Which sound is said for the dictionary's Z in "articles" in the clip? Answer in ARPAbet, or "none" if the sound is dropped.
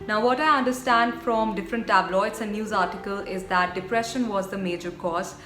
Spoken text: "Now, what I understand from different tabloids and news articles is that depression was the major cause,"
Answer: none